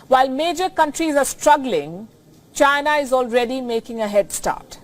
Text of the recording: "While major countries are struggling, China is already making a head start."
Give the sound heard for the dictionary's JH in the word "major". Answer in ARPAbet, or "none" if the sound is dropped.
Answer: JH